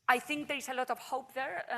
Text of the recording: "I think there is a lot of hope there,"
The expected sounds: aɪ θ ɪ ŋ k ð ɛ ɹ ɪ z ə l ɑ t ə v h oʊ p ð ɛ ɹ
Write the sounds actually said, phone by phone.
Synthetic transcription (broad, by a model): aɪ θ ɪ ŋ k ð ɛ ɹ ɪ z ə l ɑ t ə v h oʊ p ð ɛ ɹ